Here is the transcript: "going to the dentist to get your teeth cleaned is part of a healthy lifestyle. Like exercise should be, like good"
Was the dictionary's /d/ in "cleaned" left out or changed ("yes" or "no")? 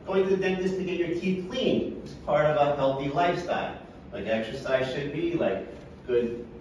yes